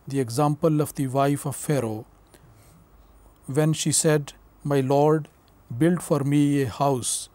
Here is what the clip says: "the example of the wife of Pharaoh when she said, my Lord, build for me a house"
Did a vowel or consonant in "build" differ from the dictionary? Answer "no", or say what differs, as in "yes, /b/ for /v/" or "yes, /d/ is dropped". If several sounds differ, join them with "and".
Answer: no